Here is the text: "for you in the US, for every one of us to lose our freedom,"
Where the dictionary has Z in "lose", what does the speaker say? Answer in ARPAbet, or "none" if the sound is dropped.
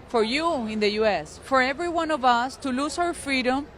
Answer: S